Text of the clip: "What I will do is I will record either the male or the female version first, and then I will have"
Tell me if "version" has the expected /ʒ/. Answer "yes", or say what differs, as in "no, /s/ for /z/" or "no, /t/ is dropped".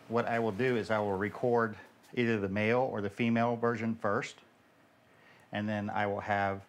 yes